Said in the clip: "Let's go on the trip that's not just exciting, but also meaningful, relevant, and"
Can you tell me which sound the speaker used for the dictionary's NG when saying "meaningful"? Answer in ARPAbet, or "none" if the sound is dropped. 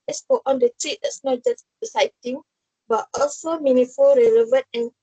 none